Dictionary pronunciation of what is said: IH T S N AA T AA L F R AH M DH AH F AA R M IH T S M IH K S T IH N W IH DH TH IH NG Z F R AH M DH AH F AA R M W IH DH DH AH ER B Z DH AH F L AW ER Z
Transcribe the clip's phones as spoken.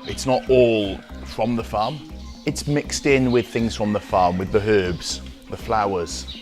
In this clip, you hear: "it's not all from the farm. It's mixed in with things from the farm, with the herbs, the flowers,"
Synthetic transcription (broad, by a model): IH T S N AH T AA L F R AH M DH AH F AA M IH T S M IH K S T IH N W IH DH TH IH NG Z F R AH M DH AH F AA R M W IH DH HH AH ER B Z DH AH F L AW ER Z